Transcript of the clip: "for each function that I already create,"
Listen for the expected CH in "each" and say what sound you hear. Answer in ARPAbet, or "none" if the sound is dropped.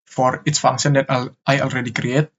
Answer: S